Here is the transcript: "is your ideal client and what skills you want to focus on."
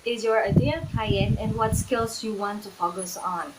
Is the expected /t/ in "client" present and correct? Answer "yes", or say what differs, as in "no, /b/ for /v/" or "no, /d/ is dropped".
no, /t/ is dropped